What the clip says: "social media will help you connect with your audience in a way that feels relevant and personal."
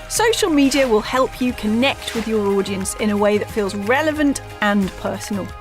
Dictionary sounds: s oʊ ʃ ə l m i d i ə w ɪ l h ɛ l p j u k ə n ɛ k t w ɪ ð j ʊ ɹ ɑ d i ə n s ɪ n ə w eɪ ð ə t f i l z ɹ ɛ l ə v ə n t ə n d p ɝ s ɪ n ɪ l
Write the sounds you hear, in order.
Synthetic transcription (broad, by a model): s oʊ ʃ ə l m i d i ə w ɪ l h ɛ l p j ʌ k ə n ɛ k t w ɪ ð j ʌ ɹ ɑ d i ə n s ɪ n ə w eɪ ð ə t f i l z ɹ ɛ l ə v ə n t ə n p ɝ s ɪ n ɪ l